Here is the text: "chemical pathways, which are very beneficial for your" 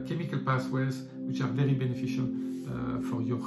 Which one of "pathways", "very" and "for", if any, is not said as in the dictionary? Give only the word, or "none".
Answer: pathways